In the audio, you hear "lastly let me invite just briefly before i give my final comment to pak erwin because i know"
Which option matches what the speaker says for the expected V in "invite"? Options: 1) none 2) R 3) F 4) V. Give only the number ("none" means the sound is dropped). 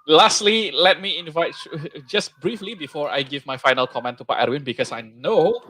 4